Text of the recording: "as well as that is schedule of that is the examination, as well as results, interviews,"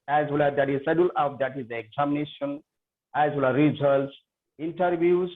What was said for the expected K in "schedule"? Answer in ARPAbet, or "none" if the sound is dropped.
none